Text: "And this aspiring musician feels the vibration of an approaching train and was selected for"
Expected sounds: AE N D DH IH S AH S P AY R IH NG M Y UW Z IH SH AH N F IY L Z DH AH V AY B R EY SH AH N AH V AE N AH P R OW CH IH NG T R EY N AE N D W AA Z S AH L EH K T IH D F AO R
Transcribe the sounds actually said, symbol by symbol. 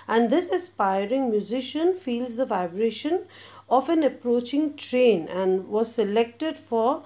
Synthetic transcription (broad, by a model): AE N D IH S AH S P AY R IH NG M Y UW Z IH SH AH N F IY L Z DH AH V AY B R EY SH AH N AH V AE N AH P R OW CH IH NG T R EY N AE N D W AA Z S AH L EH K T IH D F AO R